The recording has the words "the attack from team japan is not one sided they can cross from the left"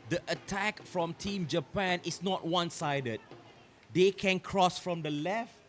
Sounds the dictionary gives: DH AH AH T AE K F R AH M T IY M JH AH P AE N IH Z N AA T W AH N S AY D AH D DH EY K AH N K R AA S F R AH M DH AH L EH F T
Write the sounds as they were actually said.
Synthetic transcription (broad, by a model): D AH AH T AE K F R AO M T IY M JH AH P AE N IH S N AA T W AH N S AY D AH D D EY K AH N K R AA S F R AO M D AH L EH F T